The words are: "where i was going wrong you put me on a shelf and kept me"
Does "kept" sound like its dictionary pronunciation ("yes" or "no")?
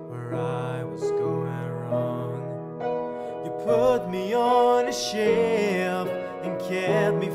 no